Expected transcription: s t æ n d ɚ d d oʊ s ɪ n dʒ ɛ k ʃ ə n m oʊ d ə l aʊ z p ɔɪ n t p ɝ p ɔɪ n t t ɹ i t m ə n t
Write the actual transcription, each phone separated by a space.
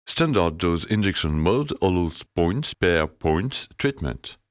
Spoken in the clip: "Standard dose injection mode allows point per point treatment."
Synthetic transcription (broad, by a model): s t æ n d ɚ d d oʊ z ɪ n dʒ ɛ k s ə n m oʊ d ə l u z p ɔɪ n t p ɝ p ɔɪ n t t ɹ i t m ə n t